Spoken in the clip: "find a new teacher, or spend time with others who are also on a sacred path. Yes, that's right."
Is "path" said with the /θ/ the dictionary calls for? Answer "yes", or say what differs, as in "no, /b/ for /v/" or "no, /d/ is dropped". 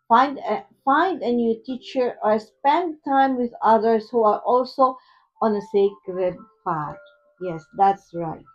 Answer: no, /t/ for /θ/